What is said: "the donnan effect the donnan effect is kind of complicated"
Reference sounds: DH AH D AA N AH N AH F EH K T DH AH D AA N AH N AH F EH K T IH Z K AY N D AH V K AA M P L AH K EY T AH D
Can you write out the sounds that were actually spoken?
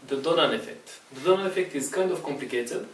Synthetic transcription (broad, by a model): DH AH D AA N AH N AH F EH K T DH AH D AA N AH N AH F EH K T IH Z K AY N D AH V K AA M P L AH K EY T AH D